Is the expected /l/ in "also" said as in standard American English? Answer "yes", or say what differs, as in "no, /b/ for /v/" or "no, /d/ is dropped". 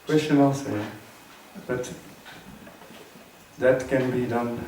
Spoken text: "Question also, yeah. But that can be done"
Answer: no, /l/ is dropped